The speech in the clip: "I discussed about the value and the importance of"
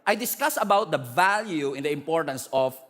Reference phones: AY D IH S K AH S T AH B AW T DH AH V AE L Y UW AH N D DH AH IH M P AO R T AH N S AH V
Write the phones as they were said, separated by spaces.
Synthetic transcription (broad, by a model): AY D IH S K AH S AH B AW T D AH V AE L Y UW AH N D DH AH IH M P AO R T AH N S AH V